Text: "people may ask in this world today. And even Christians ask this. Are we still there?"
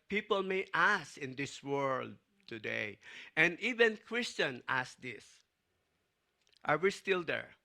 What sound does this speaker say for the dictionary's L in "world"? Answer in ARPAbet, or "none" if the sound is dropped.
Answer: L